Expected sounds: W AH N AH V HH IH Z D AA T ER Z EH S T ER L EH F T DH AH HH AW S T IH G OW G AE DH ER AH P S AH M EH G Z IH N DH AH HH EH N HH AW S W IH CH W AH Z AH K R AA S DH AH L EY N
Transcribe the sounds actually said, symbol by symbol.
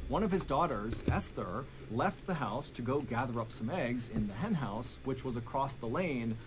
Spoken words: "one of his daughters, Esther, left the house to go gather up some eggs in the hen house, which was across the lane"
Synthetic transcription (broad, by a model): W AH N AH V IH Z D AA T ER Z EH S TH ER L EH F T DH AH HH AW S T IH G OW G AE DH ER AH P S AH M EH G Z IH N DH AH HH EH N HH AW S W IH CH W AH Z AH K R AA S DH AH L EY N